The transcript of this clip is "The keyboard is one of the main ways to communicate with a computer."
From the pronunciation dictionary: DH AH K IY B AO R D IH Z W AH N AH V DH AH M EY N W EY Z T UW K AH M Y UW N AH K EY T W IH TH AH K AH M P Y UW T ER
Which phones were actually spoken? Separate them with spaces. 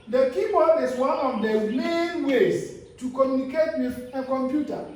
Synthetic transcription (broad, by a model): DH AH K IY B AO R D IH S W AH N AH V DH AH M EY N W EY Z T UW K AH M Y UW N AH K EY T W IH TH AH K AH M P Y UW T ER